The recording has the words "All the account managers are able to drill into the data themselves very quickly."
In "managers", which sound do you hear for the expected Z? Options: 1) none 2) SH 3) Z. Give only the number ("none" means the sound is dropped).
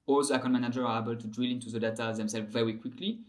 1